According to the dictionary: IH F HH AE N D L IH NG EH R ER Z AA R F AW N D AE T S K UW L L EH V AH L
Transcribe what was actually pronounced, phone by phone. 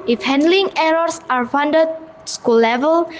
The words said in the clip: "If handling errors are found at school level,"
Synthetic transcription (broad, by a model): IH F HH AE N D L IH NG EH R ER S AA R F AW N D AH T S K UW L L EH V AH L